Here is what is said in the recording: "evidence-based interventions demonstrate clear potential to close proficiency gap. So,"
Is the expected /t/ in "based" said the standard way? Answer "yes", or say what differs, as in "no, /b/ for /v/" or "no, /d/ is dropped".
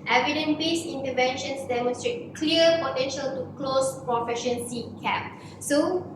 no, /t/ is dropped